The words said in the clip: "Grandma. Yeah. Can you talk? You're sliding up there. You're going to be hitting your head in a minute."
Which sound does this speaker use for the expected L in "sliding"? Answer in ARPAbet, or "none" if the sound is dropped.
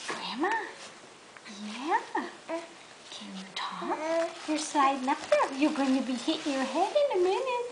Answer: none